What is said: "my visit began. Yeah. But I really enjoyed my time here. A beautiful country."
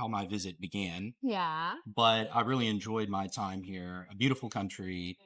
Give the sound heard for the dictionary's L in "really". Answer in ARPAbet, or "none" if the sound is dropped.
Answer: L